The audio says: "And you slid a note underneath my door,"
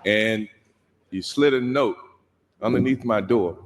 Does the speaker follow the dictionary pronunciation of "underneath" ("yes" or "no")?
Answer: yes